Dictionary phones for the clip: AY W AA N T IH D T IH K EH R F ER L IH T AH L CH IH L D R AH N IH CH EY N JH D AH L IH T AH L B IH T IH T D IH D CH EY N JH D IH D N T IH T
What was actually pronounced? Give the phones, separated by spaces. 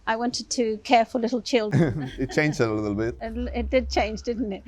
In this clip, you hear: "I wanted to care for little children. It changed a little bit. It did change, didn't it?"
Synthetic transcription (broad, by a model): AY W AA N T IH D T IH K EH R F ER L IH T L CH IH L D AH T CH EY N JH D AH L IH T L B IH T IH T D IH D CH EY N JH D IH D N T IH T